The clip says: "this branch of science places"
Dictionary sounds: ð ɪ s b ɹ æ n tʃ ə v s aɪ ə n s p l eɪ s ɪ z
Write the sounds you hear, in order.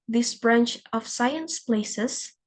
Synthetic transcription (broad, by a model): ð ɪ s b ɹ æ n tʃ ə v s aɪ ə n s p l eɪ s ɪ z